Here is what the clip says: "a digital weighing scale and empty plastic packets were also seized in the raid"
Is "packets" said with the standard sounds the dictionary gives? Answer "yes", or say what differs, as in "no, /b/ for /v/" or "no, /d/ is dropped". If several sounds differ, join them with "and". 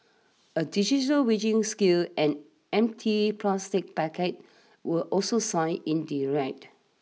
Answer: no, /s/ is dropped